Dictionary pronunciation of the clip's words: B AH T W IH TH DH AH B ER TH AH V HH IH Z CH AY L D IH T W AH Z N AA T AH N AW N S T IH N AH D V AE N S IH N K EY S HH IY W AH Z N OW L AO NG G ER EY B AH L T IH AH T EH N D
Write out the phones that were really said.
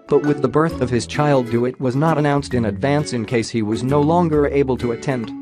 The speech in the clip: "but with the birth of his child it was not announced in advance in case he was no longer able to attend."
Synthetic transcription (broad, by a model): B AH T W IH DH AH B ER TH AH V IH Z CH AY L D IH T W AH Z N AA T AH N AW N S T IH N AH D V AE N S IH N K EY S HH IY W AH Z N OW L AO NG G ER EY B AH L T IH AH T EH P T